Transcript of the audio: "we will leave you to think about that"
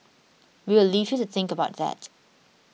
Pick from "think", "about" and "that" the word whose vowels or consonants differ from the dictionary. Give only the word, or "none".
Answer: none